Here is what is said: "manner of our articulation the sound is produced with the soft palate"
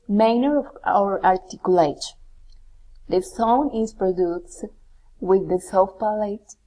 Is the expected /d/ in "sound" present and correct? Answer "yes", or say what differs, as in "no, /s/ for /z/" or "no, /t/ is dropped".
no, /d/ is dropped